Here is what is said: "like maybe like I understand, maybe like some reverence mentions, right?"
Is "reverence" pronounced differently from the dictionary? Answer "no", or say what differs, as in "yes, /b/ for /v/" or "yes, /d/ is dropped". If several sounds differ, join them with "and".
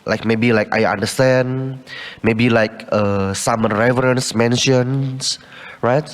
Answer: no